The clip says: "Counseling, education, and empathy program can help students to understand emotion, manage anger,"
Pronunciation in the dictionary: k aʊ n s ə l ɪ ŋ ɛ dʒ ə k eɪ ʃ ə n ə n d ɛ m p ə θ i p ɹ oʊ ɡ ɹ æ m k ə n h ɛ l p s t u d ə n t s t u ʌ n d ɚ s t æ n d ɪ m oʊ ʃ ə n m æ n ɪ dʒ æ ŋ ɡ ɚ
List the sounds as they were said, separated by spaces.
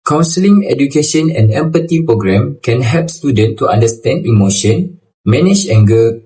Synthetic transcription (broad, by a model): k aʊ n s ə l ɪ ŋ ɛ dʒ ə k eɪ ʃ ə n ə n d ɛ m p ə t i p ɹ oʊ ɡ ɹ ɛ m k ə n h ɛ l p s t u d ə n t t u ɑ n d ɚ s t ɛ n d ɪ m oʊ ʃ ə n m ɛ n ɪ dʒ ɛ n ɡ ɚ